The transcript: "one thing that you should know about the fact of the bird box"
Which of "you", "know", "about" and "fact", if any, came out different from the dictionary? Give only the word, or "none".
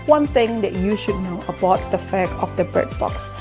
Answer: fact